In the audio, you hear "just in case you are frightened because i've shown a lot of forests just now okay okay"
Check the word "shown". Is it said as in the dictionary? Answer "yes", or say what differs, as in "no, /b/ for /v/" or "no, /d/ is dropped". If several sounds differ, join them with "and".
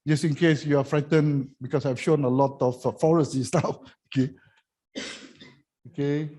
yes